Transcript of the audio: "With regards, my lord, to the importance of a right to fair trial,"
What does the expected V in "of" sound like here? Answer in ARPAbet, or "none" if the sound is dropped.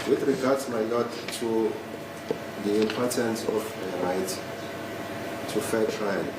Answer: F